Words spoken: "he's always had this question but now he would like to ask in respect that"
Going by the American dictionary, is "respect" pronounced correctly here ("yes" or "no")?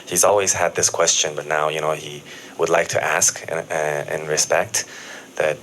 yes